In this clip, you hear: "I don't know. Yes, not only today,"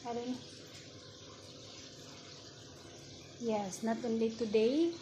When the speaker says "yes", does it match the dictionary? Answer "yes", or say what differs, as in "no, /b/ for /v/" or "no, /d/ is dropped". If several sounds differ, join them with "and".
yes